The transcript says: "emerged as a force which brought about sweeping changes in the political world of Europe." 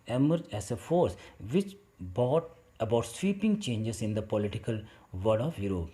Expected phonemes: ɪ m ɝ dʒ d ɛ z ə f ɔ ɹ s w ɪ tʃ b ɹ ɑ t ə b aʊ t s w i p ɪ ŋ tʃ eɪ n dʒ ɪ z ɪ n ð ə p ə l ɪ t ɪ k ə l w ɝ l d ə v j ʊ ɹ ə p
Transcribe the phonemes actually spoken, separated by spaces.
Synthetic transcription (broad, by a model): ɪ m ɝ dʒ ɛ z ə f ɔ ɹ s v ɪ tʃ b ɑ t ə b aʊ t s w i p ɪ ŋ tʃ eɪ n dʒ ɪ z ɪ n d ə p ə l ɪ t ɪ k ə l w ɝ d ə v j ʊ ɹ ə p